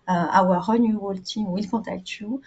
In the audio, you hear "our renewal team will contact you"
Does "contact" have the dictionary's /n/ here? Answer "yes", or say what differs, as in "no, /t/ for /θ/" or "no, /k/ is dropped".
no, /n/ is dropped